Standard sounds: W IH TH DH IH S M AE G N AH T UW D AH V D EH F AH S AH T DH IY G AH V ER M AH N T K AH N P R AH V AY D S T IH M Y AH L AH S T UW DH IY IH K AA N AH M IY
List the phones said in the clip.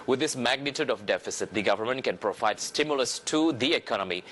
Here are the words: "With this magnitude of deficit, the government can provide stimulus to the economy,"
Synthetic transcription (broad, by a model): W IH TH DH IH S M AE G N AH T UW D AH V D EH F AH S AH T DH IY G AH V ER M AH N T K AH N P R AH V AY D S T IH M Y AH L AH S T UW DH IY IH K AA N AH M IY